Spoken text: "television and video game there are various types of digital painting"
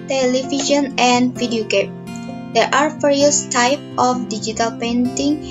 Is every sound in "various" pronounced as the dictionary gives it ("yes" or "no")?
no